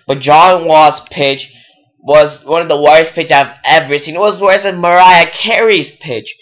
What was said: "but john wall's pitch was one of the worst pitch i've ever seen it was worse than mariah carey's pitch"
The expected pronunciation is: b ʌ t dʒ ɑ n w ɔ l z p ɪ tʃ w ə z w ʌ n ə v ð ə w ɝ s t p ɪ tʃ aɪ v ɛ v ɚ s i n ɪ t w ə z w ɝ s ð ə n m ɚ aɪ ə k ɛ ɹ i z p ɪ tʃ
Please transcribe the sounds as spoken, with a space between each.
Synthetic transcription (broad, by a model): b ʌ t dʒ ɑ n w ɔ z p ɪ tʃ w ə z w ʌ n ə v ð ə w ɝ s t p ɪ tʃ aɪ v ɛ v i θ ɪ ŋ ɪ t w ə z w ɝ s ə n m ɚ aɪ ə k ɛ ɹ i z p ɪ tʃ